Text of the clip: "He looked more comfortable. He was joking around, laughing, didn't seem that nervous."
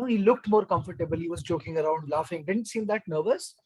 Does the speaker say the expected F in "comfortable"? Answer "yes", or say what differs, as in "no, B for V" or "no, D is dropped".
yes